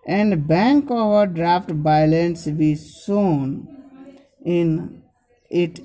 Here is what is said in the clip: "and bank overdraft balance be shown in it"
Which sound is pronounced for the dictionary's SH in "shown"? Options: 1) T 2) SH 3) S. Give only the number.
3